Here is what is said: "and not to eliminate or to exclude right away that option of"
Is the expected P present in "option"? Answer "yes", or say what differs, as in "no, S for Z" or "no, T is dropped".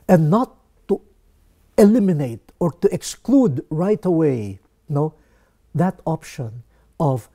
yes